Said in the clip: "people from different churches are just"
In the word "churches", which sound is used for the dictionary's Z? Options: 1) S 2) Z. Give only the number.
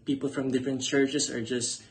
1